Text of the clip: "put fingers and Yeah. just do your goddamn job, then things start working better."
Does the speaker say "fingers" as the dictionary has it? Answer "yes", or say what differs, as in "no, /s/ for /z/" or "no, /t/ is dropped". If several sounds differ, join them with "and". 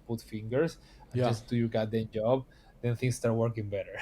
no, /s/ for /z/